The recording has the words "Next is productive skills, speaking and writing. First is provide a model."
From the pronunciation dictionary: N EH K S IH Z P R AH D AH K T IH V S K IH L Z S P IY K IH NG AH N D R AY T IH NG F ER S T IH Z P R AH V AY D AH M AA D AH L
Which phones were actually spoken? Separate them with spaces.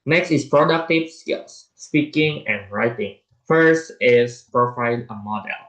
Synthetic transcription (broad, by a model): N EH K S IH S P R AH D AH K T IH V S K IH L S S P IY K IH NG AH N R AY T IH NG F ER S T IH S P R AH F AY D AH M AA D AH L